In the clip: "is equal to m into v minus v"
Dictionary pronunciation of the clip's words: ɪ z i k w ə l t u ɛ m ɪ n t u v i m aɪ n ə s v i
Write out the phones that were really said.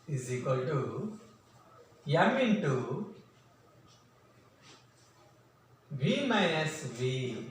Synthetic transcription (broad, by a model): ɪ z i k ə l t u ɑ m ɪ n t u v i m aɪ ə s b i